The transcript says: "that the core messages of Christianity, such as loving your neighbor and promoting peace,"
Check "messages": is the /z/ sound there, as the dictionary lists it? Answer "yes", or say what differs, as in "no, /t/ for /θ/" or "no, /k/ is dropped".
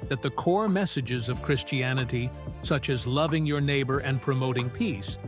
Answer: yes